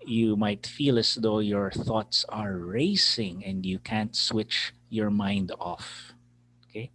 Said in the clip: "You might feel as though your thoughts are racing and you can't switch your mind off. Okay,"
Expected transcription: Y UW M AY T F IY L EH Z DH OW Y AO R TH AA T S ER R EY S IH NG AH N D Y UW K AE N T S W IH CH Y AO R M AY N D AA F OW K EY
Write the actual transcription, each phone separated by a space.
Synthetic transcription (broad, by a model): Y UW M AY T F IY L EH S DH OW Y AO R TH AA T S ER R EY S IH NG AH N D Y UW K AE N T S W IH CH Y AO R M AY N D AA F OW K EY